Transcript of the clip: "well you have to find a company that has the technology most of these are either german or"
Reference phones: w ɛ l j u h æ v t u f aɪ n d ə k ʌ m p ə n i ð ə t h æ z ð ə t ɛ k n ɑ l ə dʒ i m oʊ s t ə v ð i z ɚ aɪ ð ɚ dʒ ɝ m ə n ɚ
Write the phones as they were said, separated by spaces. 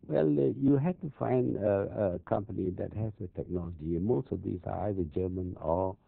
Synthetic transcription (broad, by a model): w ɛ l j u h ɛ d t u f aɪ n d ə k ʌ m p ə n i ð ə t h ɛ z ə t ɛ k n ɑ l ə dʒ i m oʊ s t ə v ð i s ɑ aɪ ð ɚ dʒ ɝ m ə n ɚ